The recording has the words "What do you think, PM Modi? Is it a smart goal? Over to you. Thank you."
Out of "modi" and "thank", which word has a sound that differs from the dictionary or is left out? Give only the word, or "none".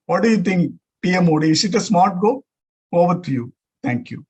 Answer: thank